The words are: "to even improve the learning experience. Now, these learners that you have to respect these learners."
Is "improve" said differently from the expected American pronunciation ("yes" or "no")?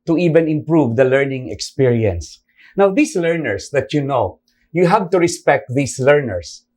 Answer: no